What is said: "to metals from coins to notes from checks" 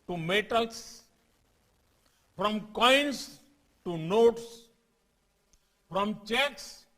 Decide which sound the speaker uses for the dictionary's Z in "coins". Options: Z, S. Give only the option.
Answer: S